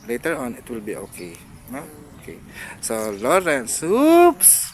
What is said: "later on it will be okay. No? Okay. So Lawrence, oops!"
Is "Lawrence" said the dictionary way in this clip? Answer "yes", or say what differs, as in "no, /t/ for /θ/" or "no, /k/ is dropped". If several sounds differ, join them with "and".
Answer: yes